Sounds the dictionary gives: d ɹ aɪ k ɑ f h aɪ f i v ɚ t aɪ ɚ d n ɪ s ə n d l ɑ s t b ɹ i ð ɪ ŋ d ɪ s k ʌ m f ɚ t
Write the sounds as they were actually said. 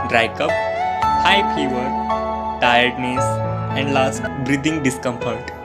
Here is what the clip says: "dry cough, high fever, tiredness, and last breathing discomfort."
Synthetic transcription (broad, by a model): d ɹ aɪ k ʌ p h aɪ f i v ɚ t aɪ ɚ d n ɪ s ə n d l ɑ s t b ɹ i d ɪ ŋ d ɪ s k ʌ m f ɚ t